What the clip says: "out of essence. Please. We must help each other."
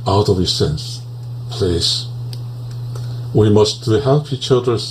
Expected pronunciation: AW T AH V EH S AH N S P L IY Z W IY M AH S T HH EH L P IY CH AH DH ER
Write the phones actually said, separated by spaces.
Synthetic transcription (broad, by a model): AW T AH V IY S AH N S P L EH S W IY M AH S T HH EH L P IY CH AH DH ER